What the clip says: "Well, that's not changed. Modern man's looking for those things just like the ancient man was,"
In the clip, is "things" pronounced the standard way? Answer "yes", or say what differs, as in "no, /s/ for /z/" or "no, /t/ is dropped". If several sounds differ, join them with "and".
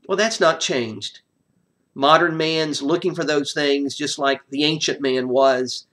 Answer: yes